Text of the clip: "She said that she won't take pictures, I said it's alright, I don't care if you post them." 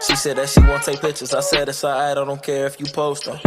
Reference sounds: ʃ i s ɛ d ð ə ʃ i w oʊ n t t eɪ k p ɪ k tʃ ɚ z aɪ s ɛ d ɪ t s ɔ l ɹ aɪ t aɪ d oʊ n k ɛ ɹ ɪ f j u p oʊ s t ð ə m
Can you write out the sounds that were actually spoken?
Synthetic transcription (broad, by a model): ʃ i s ɛ d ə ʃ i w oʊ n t t eɪ k p ɪ k tʃ ɚ z aɪ s ɛ d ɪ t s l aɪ aɪ d oʊ n k ɛ ɹ ɪ f j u p oʊ s t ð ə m